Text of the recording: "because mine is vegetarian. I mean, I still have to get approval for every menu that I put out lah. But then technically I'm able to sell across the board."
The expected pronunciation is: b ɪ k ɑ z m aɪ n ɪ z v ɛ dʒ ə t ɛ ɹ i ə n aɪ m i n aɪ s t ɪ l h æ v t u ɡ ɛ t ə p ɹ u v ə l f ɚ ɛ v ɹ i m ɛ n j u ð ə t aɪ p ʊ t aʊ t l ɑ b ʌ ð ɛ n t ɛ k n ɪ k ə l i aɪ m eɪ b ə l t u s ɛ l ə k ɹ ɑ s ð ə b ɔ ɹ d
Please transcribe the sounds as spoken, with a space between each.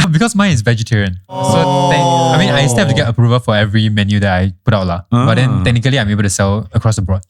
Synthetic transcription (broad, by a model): b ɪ k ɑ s m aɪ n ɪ s v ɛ dʒ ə t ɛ ɹ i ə n aɪ m i n aɪ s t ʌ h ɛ p t u ɡ ɛ t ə p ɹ u v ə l f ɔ ɛ v ɹ i m ɛ n j u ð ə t aɪ p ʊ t aʊ t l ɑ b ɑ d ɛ n t ɛ k n ɪ k ə l i aɪ m eɪ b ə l t u s ɛ l ə k ɹ ɑ s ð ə b ɔ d